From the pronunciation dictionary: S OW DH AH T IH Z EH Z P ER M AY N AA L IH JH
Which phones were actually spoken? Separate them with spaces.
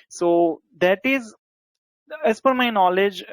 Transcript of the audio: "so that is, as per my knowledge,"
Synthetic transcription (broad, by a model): S OW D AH T IH Z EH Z F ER M AY N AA L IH JH